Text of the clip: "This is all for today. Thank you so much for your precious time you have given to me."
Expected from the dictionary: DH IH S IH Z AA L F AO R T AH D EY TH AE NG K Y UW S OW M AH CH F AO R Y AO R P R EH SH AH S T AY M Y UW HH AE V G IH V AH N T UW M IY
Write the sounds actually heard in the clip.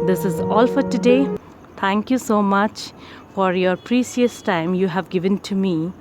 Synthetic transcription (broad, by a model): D IH S IH Z AA L F AO R T AH D EY T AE NG K Y UW S OW M AH CH F AO R Y AO R P R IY S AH S T AY M Y UW HH AE V G IH V AH N T UW M IY